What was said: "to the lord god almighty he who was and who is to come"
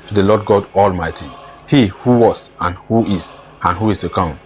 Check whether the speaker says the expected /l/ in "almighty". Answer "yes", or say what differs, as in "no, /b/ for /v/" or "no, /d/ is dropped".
yes